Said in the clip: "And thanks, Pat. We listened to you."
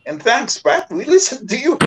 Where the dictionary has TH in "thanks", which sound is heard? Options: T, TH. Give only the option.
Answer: TH